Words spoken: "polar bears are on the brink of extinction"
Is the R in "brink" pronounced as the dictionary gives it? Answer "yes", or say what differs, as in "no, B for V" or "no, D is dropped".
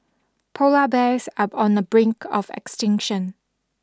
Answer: yes